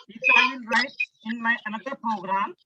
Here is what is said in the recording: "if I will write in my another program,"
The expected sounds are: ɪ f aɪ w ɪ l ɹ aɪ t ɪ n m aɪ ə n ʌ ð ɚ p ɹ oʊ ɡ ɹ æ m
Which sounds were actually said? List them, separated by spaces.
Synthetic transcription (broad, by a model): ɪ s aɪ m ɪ n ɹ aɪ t ɪ n m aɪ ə n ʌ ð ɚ p ɹ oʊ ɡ ɹ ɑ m